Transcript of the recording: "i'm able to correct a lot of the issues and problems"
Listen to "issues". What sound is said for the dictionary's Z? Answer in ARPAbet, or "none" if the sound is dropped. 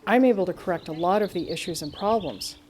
Z